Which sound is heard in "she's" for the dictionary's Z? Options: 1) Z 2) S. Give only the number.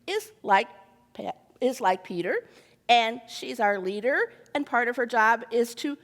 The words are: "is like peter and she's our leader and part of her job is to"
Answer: 1